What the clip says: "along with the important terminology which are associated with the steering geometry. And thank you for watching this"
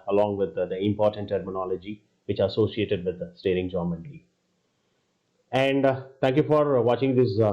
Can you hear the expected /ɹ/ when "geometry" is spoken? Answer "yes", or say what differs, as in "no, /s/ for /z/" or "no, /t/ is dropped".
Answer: no, /l/ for /ɹ/